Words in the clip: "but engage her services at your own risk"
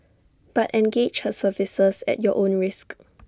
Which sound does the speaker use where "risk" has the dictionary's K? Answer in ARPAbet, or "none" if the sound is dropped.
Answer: K